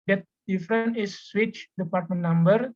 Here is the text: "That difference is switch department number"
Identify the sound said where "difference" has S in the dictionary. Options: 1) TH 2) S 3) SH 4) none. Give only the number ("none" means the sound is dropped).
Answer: 4